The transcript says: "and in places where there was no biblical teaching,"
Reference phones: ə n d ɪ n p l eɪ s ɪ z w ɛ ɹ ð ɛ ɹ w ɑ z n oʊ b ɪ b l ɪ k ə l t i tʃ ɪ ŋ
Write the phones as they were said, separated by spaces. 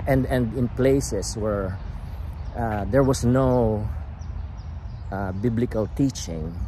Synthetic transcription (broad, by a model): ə n d ɪ n p l eɪ s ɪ s w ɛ ɹ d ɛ ɹ w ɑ s n oʊ b ɪ b l ɪ k ə l t i tʃ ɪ ŋ